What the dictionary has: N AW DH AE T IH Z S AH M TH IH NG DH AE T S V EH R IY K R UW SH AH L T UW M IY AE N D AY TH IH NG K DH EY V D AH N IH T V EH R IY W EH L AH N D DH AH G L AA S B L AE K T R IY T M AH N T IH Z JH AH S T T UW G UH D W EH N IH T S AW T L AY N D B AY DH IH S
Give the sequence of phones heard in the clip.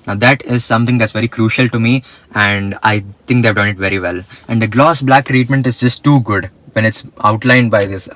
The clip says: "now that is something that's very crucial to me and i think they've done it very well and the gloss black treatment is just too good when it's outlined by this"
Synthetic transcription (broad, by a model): N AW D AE T IH Z S AH M T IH NG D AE T S V EH R IY K R UW SH AH L T UW M IY AE N D AY T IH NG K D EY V D AH N IH T V EH R IY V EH L AH N D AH G L AA S B L AE K T R IY T M AH N T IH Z JH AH S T T UW G UH D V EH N IH T S AW T L AY N D B AY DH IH S